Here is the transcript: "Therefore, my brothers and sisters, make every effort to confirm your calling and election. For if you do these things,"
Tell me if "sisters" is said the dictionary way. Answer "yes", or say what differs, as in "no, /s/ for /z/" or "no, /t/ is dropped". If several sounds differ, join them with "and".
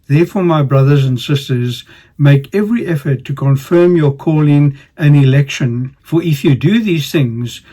yes